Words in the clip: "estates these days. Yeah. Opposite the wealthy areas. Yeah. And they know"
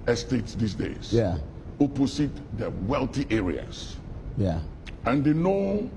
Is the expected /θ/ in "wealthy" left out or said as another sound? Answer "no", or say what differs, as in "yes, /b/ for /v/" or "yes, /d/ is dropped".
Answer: yes, /t/ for /θ/